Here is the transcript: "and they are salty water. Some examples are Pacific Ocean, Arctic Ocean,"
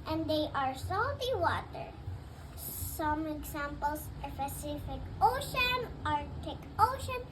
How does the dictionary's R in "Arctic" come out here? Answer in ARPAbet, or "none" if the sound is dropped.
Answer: R